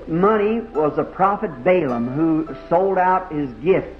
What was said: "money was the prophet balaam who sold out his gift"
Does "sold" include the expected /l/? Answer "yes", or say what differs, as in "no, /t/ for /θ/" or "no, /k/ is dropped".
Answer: yes